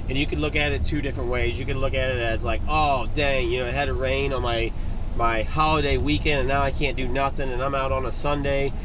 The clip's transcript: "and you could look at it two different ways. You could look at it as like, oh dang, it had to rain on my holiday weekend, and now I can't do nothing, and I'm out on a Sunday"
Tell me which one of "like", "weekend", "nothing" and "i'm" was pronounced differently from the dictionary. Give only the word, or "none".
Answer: none